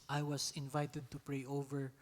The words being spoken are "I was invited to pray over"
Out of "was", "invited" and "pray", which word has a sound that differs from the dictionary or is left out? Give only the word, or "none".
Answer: was